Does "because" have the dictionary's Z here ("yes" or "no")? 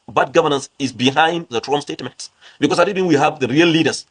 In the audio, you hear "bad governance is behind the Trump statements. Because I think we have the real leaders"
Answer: no